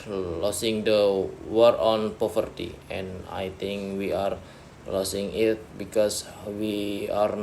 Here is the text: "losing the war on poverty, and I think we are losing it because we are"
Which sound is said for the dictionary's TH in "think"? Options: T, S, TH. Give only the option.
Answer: T